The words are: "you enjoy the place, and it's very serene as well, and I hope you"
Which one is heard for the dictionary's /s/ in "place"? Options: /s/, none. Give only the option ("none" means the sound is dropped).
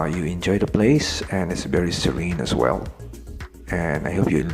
/s/